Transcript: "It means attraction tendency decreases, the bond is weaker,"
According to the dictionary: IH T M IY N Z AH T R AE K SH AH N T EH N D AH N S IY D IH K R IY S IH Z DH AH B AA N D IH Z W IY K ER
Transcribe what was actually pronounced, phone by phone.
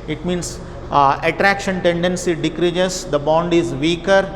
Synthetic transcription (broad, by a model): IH T M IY N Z AH T R AE K SH AH N T EH N D AH N S IY D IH K R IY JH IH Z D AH B AA N D IH Z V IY K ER